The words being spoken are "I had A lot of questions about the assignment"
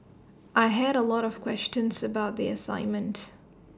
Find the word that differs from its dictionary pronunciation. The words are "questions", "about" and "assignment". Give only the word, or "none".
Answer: none